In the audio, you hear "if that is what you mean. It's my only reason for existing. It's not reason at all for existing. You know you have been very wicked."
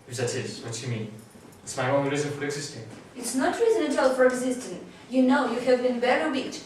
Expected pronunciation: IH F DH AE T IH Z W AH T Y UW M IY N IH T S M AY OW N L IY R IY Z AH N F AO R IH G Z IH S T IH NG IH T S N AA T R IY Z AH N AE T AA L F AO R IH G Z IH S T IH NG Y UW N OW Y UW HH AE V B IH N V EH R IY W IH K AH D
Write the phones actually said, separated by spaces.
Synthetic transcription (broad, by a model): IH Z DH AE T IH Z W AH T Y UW M IY N IH T S M AY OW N IY R IY Z AH N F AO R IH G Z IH S T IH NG IH T S N AA T R IY Z AH N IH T AA L F AO R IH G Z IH S T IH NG Y UW N OW Y UW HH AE V B IH N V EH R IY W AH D